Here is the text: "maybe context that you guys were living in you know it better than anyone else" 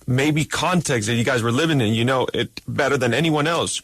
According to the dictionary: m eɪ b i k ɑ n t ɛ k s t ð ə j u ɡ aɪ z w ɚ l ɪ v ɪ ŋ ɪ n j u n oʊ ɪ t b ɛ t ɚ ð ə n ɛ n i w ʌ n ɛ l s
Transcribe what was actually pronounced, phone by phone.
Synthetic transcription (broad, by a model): m eɪ b i k ɑ n t ɛ k s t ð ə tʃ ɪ ɡ aɪ z w ɚ l ɪ v ɪ ŋ ɪ n j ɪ n oʊ ɪ t b ɛ t ɚ ð ə n ɛ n i w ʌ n ɛ l s